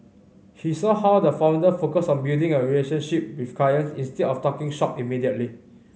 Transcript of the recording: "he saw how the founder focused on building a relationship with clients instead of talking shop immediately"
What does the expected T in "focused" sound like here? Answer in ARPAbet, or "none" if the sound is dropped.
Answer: none